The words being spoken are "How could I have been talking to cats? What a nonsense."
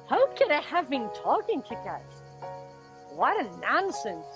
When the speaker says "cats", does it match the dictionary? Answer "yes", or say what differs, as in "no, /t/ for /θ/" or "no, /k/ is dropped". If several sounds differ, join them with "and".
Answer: no, /s/ is dropped